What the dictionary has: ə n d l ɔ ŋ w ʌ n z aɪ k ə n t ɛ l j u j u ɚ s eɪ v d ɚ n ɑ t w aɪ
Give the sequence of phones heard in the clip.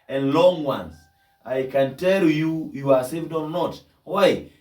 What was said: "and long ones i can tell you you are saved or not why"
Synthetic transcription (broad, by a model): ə n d l ɔ ŋ w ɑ n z aɪ k ə n t ɛ l j u j u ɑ s eɪ v d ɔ n ɑ t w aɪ